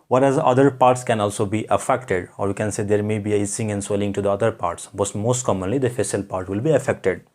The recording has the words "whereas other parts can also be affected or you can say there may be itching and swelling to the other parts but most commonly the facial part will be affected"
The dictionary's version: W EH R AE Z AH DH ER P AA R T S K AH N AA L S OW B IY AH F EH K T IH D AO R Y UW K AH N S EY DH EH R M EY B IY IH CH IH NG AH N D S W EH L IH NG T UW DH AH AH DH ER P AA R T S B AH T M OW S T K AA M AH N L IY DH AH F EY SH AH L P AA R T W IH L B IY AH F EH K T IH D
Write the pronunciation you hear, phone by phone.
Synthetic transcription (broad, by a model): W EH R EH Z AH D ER P AA R T S K AH N AA L S OW B IY AH F EH K T IH D AO R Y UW K AH N S EY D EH R M EY B IY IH S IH NG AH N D S W EH L IH NG T UW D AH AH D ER P AA R T S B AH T M OW S T K AA M AH N L IY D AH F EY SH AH L P AA R T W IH L B IY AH F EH K T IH D